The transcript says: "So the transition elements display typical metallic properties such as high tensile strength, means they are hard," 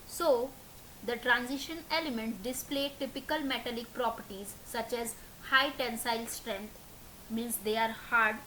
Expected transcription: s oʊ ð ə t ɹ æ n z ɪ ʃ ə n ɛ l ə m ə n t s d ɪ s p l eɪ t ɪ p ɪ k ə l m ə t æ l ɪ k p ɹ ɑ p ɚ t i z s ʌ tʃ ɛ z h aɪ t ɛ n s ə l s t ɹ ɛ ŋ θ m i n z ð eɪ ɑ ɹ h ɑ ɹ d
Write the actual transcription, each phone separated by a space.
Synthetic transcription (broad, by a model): s oʊ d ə t ɹ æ n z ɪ ʃ ə n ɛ l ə m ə n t d ɪ s p l eɪ t ɪ p ɪ k ə l m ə t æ l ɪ k p ɹ ɑ p ɚ t i z s ʌ tʃ ɛ z h aɪ t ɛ n s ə l s t ɹ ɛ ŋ t m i n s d eɪ ɑ ɹ h ɑ ɹ d